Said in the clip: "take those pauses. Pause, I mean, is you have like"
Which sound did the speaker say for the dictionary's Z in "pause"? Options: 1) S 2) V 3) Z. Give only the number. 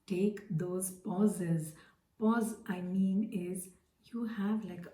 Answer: 3